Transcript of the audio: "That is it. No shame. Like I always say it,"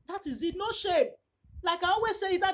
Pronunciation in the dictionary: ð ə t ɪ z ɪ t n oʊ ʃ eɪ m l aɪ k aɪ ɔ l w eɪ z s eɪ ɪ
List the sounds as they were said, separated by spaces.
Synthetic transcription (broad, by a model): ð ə t ɪ z ɪ t n oʊ ʃ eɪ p l aɪ k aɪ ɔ w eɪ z s eɪ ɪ